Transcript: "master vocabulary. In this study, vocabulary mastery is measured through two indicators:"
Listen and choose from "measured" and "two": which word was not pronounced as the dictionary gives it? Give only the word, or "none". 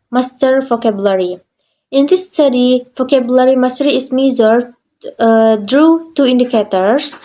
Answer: measured